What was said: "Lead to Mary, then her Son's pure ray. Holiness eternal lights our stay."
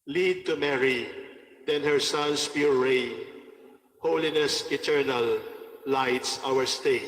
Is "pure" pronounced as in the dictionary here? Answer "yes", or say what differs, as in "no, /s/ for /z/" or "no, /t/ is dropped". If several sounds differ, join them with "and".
no, /l/ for /ɹ/